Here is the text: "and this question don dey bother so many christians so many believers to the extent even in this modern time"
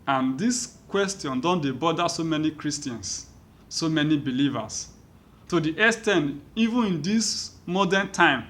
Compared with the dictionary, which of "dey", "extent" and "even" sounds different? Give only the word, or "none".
extent